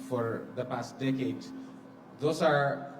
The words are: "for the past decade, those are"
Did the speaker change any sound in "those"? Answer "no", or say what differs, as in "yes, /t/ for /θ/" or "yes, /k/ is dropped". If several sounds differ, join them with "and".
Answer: yes, /s/ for /z/